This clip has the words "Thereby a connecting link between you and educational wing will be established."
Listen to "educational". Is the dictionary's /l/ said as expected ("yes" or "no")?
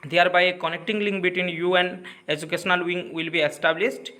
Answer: yes